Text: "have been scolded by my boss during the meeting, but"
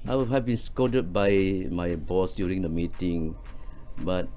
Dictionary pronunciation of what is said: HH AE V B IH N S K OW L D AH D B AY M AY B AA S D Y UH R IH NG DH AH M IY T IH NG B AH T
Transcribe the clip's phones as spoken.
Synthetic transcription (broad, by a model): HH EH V B IH N S K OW D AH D B AY M AY B AA S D Y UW R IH NG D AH M IY T IH NG B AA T